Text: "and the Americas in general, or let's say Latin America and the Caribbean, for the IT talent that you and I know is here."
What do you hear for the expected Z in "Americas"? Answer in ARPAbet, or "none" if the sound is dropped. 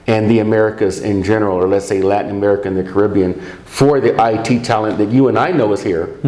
Z